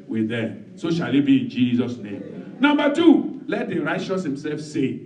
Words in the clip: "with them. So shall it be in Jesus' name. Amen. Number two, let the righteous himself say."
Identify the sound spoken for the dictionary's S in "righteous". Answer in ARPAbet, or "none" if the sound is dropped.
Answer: S